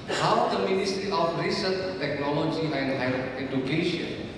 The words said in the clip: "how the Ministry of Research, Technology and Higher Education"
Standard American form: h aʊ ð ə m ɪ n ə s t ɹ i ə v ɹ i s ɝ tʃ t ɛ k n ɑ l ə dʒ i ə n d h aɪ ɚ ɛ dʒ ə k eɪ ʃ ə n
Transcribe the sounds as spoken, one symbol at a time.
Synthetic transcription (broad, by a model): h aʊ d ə m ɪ n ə s t ɹ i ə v ɹ i s ɝ tʃ t ɛ k n ɑ l ə dʒ i ə n d h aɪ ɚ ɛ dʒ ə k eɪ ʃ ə n